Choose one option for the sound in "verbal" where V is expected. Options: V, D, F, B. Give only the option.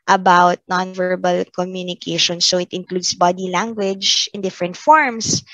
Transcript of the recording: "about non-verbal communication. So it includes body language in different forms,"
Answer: V